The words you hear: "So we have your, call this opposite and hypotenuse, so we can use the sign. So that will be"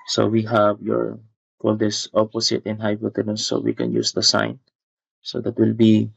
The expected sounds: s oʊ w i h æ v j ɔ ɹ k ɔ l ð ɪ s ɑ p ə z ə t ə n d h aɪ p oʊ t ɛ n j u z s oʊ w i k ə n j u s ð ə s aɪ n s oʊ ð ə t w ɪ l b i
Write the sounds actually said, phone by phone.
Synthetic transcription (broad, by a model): s oʊ w i h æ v j ɔ ɹ k ɔ l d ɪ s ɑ p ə s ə t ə n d h aɪ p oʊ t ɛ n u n s oʊ w i k ə n j u s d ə s aɪ n s oʊ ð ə t w ɪ l b i